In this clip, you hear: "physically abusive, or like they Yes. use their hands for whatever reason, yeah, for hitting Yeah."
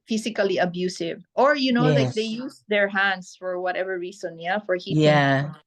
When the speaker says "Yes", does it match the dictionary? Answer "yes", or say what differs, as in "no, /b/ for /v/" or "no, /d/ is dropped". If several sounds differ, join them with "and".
no, /s/ is dropped